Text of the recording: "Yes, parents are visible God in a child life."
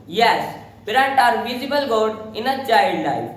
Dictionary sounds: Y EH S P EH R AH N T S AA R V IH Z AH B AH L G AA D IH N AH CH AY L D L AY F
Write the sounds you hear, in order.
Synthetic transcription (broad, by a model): Y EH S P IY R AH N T AA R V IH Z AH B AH L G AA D IH N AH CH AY D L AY